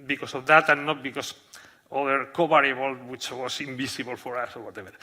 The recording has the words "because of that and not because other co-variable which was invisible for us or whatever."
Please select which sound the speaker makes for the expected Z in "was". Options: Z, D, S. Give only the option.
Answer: S